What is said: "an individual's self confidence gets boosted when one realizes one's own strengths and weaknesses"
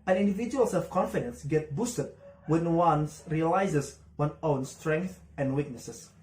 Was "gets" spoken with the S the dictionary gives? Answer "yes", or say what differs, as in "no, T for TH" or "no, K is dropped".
no, S is dropped